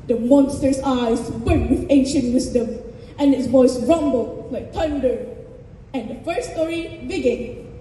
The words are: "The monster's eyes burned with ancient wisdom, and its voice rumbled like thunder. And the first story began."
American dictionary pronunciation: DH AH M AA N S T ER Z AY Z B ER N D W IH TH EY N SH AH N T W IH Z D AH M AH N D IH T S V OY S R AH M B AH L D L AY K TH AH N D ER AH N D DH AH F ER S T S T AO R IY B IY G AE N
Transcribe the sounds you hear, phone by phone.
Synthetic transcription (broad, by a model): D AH M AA N S T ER S AY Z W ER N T W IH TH EY N SH AH N T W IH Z D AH M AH N IH T S B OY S R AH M B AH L L AY K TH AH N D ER AH N D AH F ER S S T AO R IY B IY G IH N